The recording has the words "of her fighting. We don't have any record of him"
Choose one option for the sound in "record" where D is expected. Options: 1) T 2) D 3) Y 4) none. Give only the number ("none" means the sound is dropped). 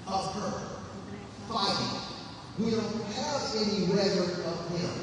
4